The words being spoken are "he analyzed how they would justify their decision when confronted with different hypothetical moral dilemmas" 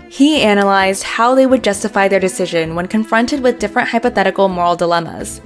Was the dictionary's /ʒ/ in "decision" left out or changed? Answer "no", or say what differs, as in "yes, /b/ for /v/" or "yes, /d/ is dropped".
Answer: no